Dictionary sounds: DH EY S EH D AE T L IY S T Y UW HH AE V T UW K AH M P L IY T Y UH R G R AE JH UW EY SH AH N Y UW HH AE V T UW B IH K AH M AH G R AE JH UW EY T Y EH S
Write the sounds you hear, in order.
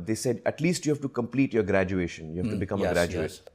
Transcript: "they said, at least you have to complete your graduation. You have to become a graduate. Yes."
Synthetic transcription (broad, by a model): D EY S EH D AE T L IY S T Y UW HH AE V T UW K AH M P L IY T Y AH R G R AE JH UW EY SH AH N Y UW HH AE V T UW B IH K AH M AH G R AE JH UW EY T